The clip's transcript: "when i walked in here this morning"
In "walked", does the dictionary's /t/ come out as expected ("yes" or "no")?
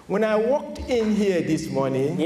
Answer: yes